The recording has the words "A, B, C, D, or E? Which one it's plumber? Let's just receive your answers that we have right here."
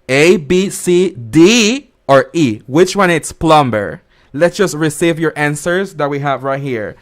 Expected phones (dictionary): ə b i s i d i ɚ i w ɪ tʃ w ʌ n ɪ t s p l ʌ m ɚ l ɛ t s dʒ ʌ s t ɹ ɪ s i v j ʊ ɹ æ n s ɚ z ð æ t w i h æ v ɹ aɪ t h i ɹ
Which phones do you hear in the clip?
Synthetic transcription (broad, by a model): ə b i s i d i ɚ i w ɪ tʃ w ʌ n ɪ t s p l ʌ m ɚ l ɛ t s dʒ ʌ s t ɹ ɪ s i v j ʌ ɹ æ n s ɚ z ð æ t w i h æ v ɹ aɪ t h i ɹ